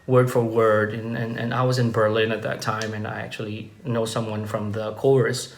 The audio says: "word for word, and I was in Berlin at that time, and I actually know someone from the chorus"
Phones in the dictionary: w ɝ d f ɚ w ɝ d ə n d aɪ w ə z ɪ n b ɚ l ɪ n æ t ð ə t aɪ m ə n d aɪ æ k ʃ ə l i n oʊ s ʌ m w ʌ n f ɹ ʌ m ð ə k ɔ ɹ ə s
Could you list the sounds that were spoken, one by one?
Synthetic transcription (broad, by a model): w ɝ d f ɚ w ɝ d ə n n aɪ w ə z ɪ n b ɚ l ɪ n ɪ t ð ə t aɪ m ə n aɪ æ k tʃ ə l i n oʊ s ʌ m w ʌ n f ɹ ʌ m ð ə k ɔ ɹ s